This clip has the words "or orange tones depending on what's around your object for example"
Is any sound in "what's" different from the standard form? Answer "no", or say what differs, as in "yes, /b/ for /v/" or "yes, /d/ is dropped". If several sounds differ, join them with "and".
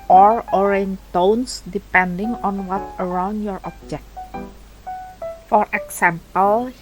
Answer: yes, /s/ is dropped